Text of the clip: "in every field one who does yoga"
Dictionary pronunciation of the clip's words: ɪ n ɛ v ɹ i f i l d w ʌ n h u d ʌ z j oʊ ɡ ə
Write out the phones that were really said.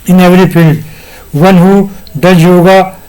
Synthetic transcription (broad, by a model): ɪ n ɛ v ɹ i p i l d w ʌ n h u d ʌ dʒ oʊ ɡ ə